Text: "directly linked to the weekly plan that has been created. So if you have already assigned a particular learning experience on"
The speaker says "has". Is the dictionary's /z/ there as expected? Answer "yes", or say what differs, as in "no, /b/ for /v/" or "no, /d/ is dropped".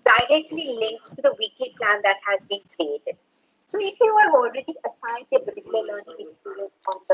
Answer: yes